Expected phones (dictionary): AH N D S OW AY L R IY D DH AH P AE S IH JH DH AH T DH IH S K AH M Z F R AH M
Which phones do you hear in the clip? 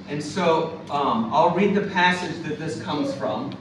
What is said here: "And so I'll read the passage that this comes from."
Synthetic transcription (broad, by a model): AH N S OW AY L R IY D DH AH P AE S IH JH DH AH T DH IH S K AH M Z F R AH M